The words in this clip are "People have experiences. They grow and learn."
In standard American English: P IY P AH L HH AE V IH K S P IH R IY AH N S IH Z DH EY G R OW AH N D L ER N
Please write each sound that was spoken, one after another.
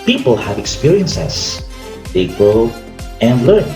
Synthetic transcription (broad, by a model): P IY P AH L HH AE V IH K S P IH R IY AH N S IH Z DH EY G OW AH N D L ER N